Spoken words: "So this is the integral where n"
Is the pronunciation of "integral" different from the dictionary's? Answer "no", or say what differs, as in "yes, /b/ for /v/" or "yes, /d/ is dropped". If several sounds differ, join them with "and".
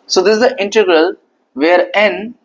no